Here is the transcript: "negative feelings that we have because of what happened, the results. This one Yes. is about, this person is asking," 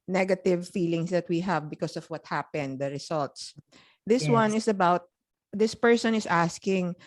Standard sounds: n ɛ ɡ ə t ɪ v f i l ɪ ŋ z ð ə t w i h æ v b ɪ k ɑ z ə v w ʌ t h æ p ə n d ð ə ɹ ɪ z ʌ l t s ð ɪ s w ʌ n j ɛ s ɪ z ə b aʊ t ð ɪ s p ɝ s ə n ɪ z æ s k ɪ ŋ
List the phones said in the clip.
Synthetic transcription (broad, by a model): n ɛ ɡ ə t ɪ v f i l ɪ ŋ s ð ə t w i h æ v b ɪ k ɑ s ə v w ʌ t h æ p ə n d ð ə ɹ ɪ s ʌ l t s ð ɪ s w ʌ n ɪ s ə b aʊ t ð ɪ s p ɝ s ə n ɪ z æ s k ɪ ŋ